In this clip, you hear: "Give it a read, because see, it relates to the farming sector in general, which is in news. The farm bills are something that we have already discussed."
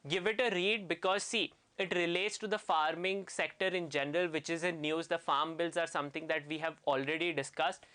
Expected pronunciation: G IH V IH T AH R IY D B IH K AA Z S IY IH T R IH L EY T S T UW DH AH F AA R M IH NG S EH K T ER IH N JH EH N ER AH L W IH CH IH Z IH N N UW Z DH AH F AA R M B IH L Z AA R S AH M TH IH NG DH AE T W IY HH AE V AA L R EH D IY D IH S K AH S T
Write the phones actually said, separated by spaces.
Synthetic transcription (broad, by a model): G IH V IH T AH R IY D B IH K AA Z S IY IH T R IH L EY T S T UW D AH F AA R M IH NG S EH K T ER IH N JH EH N ER AH L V IH CH IH Z IH N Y UW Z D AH F AA R M B IH L Z AA R S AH M T IH NG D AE T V IY HH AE V AA L R EH D IY D IH S K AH S T